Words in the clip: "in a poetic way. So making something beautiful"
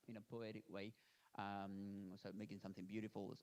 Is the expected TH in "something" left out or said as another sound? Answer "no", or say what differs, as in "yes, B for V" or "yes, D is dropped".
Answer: no